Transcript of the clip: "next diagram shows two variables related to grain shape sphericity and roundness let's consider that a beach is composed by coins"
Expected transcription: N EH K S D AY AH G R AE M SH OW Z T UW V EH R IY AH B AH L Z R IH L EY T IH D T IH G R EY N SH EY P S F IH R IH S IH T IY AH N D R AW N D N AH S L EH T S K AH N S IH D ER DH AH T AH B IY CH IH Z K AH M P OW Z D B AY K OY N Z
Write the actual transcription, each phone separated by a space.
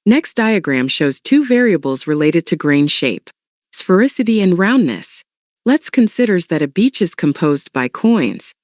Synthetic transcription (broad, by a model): N EH K S D AY AH G R AE M SH OW Z T UW V EH R IY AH B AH L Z R IH L EY T IH D T IH G R EY N SH EY P S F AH R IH S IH T IY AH N R AW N N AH S L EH T S K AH N S IH D ER DH AH T AH B IY CH IH Z K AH M P OW Z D B AY K OY N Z